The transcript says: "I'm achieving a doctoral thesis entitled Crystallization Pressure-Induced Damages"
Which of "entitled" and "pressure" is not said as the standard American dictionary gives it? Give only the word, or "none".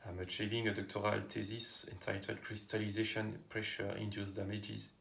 entitled